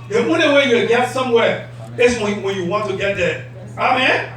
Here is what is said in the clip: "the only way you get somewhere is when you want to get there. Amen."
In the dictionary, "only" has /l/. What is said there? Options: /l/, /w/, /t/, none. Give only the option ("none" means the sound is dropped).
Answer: none